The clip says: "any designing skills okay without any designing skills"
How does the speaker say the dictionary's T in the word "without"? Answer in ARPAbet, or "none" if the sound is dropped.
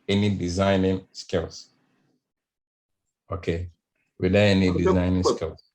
none